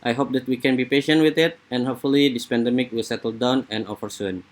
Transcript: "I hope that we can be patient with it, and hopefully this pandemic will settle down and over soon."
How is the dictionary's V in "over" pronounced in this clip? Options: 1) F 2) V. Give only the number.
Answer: 1